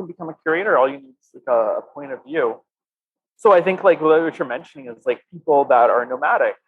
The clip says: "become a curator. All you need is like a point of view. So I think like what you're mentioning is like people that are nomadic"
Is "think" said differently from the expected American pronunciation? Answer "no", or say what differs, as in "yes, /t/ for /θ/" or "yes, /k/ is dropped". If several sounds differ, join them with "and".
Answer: no